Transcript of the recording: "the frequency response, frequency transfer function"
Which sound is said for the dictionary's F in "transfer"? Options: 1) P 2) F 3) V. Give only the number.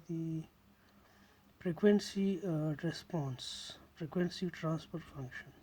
1